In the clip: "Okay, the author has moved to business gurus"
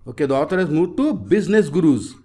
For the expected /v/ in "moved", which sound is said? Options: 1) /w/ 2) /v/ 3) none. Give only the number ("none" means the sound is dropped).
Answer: 3